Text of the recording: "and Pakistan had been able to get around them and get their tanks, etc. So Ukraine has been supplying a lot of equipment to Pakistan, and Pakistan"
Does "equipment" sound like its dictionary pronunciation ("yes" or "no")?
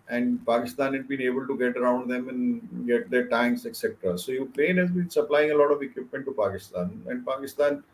yes